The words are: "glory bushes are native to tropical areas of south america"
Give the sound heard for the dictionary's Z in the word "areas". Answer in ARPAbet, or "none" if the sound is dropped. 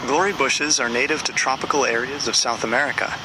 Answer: Z